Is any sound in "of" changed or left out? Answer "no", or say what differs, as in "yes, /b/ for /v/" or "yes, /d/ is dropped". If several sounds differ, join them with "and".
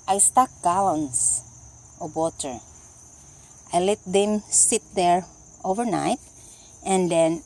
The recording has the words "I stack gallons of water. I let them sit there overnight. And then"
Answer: yes, /b/ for /v/